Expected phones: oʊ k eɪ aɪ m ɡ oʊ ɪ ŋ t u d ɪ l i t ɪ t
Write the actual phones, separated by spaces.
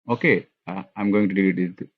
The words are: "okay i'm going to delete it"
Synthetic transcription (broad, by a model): oʊ k eɪ aɪ m ɡ oʊ ɪ ŋ t u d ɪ i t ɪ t